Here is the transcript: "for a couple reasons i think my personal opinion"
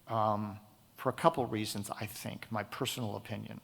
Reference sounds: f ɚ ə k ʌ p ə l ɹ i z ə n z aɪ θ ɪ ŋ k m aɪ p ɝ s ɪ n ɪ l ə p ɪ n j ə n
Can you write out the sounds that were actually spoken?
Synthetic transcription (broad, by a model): f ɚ ə k ʌ p l ɹ i z ə n z aɪ θ ɪ ŋ k m aɪ p ɝ s n l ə p ɪ n j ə n